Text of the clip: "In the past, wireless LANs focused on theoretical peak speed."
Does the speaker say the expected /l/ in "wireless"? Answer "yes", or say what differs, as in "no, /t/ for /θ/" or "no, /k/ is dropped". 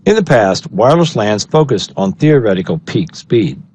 yes